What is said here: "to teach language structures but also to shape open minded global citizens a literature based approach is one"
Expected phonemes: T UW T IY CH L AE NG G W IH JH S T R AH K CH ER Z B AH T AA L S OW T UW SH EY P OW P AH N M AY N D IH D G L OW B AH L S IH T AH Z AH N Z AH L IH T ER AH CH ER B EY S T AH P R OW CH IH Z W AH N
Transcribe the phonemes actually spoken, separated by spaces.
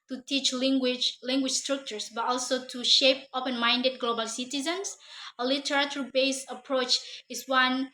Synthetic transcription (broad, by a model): T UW T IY CH L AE NG G W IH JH S T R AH K CH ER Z B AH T AA L S OW T UW SH EY P OW P AH N M AY N D IH D G L OW B AH L S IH T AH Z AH N S AH L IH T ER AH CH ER B EY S AH P R OW CH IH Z W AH N